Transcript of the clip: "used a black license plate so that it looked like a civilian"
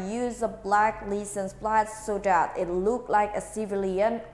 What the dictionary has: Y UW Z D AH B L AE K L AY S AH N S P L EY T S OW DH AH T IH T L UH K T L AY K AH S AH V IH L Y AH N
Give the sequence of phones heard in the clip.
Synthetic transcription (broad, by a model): Y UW Z AH B L AE K L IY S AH N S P L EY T S OW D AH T IH T L UH K T L AY K AH S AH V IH L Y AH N